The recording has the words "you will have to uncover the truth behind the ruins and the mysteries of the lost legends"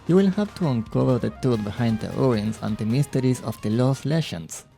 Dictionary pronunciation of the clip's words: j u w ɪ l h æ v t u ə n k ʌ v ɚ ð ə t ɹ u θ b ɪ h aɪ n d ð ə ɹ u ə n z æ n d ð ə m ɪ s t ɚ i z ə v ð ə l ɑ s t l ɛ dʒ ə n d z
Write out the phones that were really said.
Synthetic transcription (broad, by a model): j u w ɪ l h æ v t u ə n k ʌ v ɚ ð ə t u t b ɪ h aɪ n d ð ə ɹ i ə n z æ n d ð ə m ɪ s t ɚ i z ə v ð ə l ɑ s l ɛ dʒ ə n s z